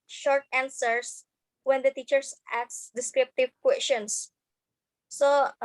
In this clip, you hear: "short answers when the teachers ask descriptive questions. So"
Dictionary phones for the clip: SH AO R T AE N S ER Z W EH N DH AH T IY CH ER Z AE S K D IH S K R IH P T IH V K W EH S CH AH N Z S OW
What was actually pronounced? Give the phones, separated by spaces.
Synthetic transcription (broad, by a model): SH AO R T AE N S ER S W EH N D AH T IY CH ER S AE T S D IH S K R IH P T IH V K W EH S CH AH N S S OW